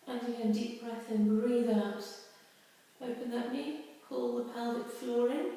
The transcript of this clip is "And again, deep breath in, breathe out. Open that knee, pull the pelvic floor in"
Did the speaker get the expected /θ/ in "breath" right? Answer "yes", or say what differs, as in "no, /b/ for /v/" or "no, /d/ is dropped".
yes